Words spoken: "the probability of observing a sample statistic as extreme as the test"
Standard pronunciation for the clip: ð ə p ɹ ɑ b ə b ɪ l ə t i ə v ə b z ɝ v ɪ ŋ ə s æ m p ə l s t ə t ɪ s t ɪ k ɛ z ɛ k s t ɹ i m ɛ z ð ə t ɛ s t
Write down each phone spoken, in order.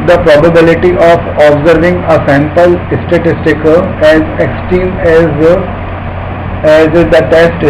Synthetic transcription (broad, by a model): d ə p ɹ ɑ b ə b ɪ l ə t i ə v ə b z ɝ v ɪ ŋ ə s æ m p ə l s t ə t ɪ s t ɪ k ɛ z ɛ k s t i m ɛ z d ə t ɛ s t